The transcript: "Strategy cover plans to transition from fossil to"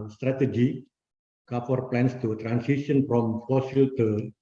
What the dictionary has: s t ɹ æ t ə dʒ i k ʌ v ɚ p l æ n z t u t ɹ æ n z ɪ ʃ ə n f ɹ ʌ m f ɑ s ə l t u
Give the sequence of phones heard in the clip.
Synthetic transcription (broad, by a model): s t ɹ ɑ t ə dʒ i k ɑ p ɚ p l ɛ n s t u t ɹ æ n s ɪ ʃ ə n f ɹ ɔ m f ɑ s ə l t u